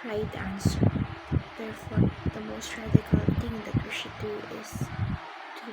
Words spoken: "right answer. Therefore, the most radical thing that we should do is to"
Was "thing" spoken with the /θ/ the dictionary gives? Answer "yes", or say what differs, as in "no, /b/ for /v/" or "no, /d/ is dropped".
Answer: no, /t/ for /θ/